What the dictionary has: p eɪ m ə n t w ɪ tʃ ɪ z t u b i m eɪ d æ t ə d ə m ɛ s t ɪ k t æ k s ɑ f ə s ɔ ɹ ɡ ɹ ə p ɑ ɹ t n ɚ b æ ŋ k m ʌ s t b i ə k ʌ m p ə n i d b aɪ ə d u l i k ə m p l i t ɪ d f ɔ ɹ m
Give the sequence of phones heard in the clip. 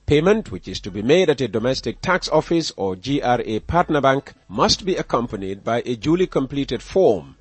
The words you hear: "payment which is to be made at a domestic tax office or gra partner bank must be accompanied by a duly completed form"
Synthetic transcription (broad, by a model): p eɪ m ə n t w ɪ tʃ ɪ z t u b i m eɪ d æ t ə d ə m ɛ s t ɪ k t æ k s ɑ f ə s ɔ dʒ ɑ ɹ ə p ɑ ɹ t n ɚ b æ ŋ k m ʌ s t b i ə k ʌ m p ə n i d b aɪ ə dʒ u l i k ə m p l i t ɪ d f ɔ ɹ m